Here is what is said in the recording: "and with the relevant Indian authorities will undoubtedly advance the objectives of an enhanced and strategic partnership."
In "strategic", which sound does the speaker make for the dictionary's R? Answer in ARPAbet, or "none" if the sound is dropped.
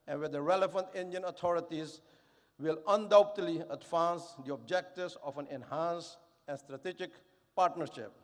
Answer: R